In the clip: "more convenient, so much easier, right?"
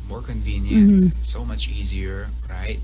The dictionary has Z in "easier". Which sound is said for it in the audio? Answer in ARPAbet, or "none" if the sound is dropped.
Z